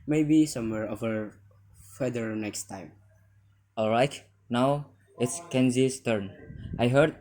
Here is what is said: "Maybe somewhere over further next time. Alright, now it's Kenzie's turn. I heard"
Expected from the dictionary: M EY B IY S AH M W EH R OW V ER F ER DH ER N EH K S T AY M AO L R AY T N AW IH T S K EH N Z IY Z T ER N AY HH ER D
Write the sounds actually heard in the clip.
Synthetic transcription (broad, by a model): M EY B IY S AH M W EH R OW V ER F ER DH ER N EH K S T AY M AO L R AY T N AW IH T S K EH N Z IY S T ER N AY HH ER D